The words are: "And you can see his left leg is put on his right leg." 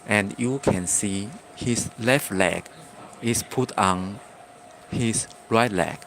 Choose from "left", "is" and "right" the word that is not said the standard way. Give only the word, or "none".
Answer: is